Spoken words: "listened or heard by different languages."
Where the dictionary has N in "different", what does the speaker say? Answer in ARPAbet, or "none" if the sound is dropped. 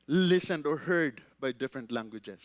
N